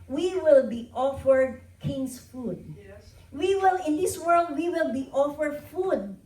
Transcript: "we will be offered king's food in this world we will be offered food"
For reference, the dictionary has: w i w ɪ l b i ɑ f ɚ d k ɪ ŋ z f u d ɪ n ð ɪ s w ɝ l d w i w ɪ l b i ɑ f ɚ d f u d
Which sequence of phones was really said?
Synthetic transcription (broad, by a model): w i w ɪ l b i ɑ f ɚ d k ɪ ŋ s f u d ɪ n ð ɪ s w ɝ l d w i w ɪ l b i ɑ f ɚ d f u d